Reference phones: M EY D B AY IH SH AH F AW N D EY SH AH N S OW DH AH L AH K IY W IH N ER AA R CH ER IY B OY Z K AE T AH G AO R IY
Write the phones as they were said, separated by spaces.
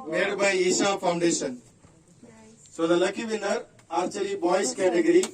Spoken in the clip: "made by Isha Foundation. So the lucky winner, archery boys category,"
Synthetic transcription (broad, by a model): M EY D B AY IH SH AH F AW N D EY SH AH N S OW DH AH L AH K IY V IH N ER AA R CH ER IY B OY S K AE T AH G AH R IY